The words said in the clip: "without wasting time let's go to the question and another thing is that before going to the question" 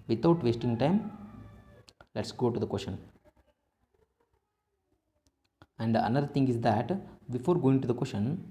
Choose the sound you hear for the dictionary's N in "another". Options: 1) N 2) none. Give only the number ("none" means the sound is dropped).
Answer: 2